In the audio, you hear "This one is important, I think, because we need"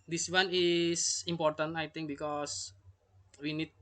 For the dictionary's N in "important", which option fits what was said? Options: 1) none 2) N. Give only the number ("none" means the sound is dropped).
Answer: 2